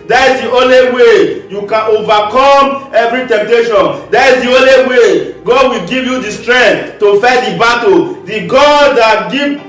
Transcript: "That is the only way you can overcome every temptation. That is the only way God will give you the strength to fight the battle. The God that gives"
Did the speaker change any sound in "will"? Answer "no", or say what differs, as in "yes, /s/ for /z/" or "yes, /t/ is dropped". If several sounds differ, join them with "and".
no